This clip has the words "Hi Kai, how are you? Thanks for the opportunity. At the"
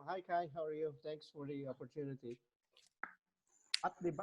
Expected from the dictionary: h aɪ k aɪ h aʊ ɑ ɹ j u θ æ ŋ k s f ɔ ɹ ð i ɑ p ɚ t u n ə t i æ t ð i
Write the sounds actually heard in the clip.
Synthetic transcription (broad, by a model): h aɪ k aɪ h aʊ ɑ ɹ j u t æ ŋ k s f ɔ ɹ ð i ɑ p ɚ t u n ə t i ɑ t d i